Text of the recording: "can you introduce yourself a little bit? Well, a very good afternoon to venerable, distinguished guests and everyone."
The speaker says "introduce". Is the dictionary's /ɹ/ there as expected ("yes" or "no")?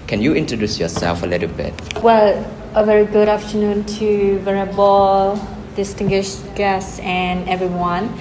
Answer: yes